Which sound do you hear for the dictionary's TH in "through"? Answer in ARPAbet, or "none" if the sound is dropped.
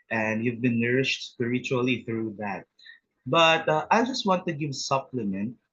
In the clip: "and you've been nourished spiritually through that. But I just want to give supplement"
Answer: TH